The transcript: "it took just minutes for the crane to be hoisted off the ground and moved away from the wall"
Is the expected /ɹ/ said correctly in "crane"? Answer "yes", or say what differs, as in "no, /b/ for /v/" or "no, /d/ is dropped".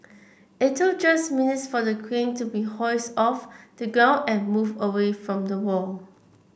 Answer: no, /w/ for /ɹ/